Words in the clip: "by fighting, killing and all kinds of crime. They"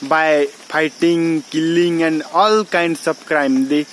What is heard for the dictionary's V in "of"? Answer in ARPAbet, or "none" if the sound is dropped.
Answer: B